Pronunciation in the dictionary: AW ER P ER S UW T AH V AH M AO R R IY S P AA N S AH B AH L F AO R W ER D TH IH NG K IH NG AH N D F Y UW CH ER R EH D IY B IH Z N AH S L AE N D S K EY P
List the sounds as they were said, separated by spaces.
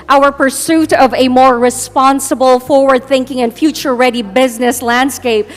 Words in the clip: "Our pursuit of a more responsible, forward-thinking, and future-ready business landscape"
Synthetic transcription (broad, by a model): AW ER P ER S UW T AH V AH M AO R R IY S P AA N S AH B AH L F AO R W ER D TH IH NG K IH NG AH N F Y UW CH ER R EH D IY B IH Z N AH S L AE N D S K EY P